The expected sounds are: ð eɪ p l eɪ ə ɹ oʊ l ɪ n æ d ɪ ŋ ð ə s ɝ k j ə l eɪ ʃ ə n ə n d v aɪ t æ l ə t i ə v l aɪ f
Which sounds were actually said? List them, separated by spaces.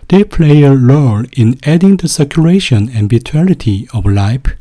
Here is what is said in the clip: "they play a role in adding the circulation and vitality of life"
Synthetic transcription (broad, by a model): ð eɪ p l eɪ ə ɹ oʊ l ɪ n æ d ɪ ŋ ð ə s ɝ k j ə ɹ eɪ ʃ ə n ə n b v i t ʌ n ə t i ə v l aɪ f